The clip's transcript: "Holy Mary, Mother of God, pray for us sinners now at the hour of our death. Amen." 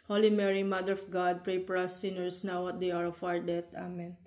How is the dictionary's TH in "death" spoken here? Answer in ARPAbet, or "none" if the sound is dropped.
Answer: T